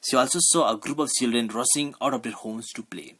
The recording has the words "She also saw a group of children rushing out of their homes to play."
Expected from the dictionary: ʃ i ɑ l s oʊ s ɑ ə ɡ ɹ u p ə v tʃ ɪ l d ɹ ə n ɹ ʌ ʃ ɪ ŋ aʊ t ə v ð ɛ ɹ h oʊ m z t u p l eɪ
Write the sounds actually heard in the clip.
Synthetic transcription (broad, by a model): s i ɑ l s oʊ s ɑ ə ɡ ɹ u p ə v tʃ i l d ɹ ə n ɹ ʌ s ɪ ŋ aʊ t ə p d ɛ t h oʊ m s t u p l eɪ